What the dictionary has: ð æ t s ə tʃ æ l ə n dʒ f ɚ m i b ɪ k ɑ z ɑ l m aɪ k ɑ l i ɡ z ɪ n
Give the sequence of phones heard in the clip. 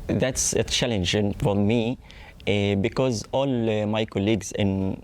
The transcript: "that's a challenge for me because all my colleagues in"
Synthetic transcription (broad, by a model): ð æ t s ə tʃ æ l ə n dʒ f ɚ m i b ɪ k ɑ z ɑ l m aɪ k ɑ l i ɡ z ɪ n